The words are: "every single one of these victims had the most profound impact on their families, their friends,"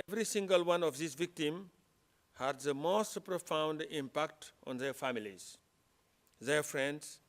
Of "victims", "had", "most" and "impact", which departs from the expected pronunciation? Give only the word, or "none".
victims